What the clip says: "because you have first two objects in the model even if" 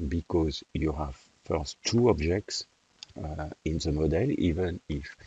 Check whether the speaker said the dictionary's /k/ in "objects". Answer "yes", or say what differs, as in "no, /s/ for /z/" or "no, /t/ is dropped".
yes